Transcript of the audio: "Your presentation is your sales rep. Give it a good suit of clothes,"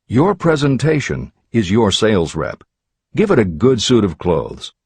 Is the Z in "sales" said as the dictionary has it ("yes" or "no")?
yes